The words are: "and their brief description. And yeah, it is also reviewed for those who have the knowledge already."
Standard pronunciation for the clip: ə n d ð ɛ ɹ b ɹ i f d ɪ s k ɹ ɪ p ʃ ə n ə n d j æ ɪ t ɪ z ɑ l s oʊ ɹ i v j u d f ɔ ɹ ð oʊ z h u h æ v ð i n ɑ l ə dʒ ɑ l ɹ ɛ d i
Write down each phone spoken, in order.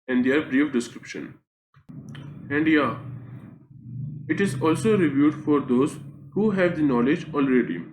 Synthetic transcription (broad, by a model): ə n d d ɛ ɹ b ɹ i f d ɪ s k ɹ ɪ p ʃ ə n ə n d j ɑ ɪ t ɪ z ɑ l s oʊ ɹ i v j u d f ɔ ɹ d oʊ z h u h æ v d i n ɑ l ə dʒ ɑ l ɹ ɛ d i